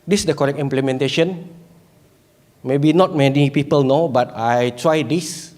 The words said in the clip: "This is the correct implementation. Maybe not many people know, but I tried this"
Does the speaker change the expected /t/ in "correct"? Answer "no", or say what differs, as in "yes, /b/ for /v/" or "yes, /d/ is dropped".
yes, /t/ is dropped